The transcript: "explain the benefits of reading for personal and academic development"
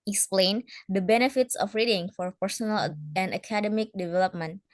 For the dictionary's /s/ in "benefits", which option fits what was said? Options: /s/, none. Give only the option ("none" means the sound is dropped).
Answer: /s/